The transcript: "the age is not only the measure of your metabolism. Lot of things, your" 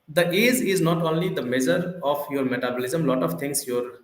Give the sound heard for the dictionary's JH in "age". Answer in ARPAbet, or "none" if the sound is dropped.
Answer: Z